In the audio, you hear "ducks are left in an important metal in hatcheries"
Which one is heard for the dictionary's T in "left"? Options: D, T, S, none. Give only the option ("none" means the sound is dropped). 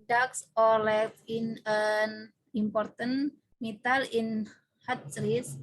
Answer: none